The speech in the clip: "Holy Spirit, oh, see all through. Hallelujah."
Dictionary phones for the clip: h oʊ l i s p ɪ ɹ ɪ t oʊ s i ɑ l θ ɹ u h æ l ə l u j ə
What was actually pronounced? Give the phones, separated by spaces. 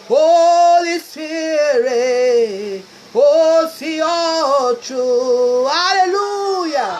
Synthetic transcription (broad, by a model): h oʊ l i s ɪ ɹ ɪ oʊ s i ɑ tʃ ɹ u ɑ l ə l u j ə